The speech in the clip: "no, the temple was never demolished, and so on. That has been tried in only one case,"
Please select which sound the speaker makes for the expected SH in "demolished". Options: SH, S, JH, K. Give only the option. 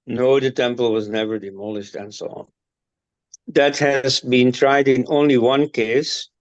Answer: SH